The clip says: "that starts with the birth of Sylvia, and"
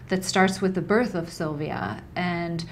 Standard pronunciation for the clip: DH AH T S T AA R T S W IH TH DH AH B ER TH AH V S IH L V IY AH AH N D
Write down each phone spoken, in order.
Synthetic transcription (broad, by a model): DH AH T S T AA R T S W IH DH AH B ER TH AH V S IH L V IY AH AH N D